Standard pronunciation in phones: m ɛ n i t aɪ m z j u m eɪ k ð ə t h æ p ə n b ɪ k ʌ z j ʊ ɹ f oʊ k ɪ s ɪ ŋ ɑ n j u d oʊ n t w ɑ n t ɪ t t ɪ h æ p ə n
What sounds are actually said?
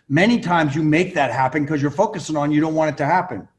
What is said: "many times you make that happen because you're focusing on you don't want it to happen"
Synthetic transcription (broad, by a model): m ɛ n i t aɪ m z j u m eɪ k ð ə t h æ p ə n k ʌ z j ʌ ɹ f oʊ k ɪ s ɪ ŋ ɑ n j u d oʊ n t w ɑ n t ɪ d t ɪ h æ p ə n